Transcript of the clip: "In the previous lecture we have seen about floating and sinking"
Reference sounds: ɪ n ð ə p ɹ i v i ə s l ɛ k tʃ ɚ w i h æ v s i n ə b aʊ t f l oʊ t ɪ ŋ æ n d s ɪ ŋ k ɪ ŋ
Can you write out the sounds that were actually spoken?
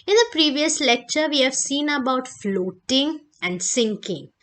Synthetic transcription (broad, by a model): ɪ n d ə p ɹ i v i ə s l ɛ k tʃ ɚ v i h æ v s i n ə b aʊ t f l oʊ t ɪ ŋ æ n d s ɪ ŋ k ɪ ŋ